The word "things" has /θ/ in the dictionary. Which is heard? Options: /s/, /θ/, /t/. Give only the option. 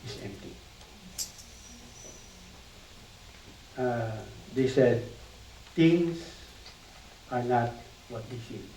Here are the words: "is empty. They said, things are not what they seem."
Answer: /t/